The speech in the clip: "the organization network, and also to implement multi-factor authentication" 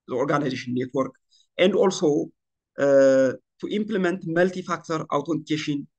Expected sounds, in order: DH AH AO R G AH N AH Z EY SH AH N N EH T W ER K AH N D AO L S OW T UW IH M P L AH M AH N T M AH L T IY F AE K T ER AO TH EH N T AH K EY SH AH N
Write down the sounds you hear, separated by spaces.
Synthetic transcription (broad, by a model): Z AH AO R G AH N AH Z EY SH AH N N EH T W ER K AH N D AO L S OW T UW IH M P L AH M AH N T M AH L T IY F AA K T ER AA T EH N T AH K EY SH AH N